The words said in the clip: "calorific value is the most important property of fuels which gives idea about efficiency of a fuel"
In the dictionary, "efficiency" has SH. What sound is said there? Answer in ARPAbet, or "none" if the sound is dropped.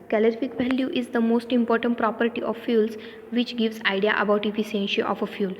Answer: S